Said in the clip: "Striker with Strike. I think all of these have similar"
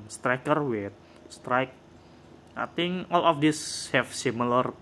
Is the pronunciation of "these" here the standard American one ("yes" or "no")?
no